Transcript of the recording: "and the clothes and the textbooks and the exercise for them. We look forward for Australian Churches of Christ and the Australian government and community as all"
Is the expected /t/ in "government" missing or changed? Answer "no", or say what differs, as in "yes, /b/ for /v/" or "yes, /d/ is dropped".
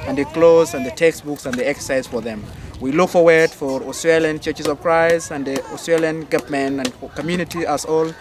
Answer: yes, /t/ is dropped